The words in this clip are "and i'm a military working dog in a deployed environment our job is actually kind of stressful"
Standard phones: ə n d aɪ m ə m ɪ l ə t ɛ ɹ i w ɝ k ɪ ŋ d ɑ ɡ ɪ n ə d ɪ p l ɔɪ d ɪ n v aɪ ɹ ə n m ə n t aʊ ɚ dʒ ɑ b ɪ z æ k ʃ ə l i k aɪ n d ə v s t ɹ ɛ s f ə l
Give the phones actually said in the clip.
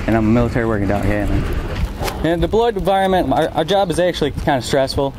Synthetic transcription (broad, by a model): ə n aɪ m ə m ɪ l ə t ɛ ɹ i w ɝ k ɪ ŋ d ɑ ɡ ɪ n ə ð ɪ b l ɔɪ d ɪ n v aɪ ɹ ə n m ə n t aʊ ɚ dʒ ɑ b ɪ z æ k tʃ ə l i k aɪ n d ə s t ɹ ɛ s f l